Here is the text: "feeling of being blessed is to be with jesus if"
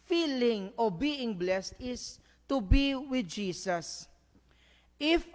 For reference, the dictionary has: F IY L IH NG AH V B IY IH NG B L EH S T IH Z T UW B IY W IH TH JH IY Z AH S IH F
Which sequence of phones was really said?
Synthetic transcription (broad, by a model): F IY L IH NG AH B IY IH NG B L EH S T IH S T UW B IY W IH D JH IY S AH S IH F